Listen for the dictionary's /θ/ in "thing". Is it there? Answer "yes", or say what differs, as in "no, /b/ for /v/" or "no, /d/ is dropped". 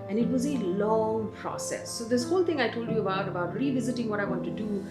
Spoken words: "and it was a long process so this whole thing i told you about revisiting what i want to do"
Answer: no, /t/ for /θ/